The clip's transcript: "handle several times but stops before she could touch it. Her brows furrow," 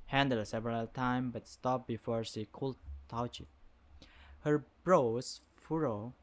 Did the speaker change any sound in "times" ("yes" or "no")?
yes